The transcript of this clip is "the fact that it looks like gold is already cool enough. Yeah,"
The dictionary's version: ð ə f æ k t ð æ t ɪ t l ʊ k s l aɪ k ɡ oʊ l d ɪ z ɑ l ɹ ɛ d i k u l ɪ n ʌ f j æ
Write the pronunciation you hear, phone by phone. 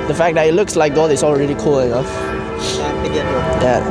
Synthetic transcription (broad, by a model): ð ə f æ k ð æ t ɪ t l ʊ k s l aɪ k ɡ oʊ d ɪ s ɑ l ɹ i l i k u l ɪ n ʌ f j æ